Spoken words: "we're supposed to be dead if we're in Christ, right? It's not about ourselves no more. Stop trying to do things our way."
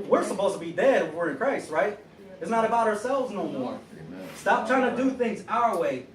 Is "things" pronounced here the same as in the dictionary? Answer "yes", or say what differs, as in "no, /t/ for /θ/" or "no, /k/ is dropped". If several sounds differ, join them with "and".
yes